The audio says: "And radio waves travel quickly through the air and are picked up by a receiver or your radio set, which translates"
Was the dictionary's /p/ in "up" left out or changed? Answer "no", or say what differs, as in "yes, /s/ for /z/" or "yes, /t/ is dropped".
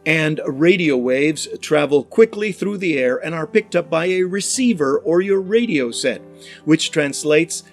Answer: no